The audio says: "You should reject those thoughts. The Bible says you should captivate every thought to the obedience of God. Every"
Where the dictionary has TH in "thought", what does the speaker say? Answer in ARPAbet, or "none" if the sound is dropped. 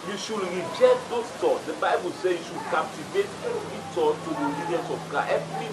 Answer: T